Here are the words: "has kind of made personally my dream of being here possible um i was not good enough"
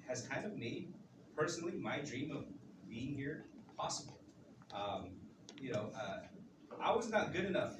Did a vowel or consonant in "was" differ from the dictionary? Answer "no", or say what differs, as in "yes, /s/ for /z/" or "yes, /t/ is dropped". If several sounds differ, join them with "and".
no